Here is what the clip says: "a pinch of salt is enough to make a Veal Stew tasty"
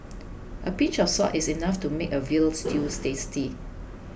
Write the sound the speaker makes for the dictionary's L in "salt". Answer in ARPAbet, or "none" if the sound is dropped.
none